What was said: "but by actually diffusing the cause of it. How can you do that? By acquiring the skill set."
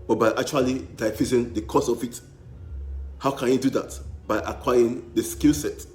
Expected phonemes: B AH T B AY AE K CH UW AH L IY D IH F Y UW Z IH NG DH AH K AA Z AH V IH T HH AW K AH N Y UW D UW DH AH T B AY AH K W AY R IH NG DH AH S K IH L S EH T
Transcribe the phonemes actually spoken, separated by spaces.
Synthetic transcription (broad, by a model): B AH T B AY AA K CH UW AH L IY D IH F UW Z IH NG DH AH K AA S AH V IH T HH AW K AH N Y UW D UW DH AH T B AY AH K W AY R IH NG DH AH S K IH L S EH T